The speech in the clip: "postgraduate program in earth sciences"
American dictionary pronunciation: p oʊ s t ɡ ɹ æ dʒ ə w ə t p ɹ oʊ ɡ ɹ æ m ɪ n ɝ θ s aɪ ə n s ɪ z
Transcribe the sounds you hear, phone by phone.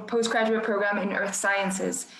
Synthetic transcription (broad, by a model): p oʊ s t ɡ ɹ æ dʒ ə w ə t p ɹ oʊ ɡ ɹ æ m ɪ n ɝ θ s aɪ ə n s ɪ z